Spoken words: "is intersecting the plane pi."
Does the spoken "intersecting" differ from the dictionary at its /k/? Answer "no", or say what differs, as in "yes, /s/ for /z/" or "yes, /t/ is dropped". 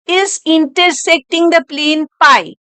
no